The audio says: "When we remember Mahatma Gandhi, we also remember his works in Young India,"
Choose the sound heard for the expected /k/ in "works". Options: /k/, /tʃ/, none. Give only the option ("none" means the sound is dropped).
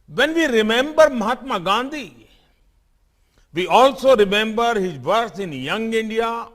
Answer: none